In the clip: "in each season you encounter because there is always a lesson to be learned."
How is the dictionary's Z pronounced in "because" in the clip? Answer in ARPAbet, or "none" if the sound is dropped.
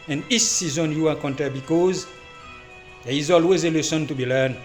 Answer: Z